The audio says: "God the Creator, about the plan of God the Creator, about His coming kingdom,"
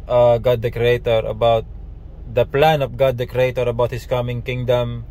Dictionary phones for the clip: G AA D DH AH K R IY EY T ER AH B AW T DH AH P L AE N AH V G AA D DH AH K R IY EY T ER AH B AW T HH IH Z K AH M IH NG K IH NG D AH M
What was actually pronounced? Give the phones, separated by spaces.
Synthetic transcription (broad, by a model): G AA D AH K R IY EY T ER AH B AW T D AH P L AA N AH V G AA D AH K R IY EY T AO AH B AW T HH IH S K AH M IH NG K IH NG D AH M